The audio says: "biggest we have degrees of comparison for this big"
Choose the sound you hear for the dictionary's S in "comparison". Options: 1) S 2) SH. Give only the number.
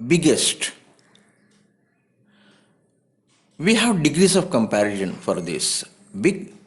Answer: 2